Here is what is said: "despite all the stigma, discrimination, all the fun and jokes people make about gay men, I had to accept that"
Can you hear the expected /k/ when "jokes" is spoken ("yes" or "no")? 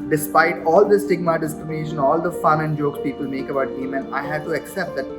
yes